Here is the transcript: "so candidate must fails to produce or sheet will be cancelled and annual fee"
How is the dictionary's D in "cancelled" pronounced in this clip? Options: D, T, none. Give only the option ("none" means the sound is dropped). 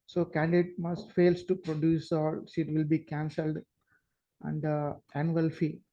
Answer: D